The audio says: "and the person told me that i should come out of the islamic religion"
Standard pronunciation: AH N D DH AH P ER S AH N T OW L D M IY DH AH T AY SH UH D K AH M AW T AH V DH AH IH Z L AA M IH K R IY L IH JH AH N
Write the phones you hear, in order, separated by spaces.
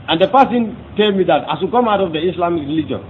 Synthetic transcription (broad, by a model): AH N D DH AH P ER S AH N T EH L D M IY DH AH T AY S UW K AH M AW T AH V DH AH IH S L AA M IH K R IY L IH JH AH N